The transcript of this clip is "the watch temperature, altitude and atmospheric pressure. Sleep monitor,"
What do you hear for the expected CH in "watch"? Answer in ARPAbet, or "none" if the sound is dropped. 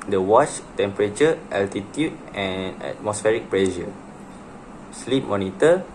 CH